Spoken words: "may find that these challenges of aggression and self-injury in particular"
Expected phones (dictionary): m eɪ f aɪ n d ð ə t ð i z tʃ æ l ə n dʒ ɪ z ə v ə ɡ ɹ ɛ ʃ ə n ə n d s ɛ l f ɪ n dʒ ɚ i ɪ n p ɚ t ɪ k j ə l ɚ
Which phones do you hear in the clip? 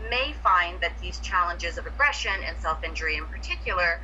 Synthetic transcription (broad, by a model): m eɪ f aɪ n ð ə t ð i z tʃ æ l ə n dʒ ɪ z ə v ə ɡ ɹ ɛ ʃ ə n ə n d s ɛ l f ɪ n dʒ ɚ i ɪ n p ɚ t ɪ k j l ɚ